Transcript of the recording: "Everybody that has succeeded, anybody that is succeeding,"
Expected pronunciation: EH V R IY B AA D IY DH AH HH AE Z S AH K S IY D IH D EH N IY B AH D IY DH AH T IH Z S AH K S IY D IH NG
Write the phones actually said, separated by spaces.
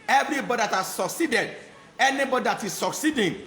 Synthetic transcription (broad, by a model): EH V R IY B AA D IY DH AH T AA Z S AH K S IY D IH D EH N IY B AH D IY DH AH T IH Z S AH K S IY D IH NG